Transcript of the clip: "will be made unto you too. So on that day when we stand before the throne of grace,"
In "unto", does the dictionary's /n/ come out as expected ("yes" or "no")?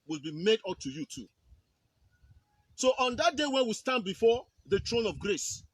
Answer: no